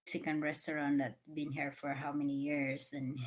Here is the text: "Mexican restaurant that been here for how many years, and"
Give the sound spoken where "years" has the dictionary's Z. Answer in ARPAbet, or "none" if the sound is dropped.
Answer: S